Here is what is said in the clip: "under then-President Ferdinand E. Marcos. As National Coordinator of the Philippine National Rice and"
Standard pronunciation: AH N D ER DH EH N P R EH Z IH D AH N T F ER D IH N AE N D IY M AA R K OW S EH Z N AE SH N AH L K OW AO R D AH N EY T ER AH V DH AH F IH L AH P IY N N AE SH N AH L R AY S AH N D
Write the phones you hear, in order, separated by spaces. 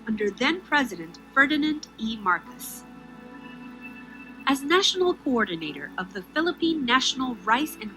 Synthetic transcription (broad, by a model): AH N D ER DH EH N P R EH Z IH D AH N T F ER D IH N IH N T IY M AA R K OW S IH Z N AE SH N L K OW AO R D N EY T ER AH V DH AH F IH L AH P IY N N AE SH N L R AY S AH N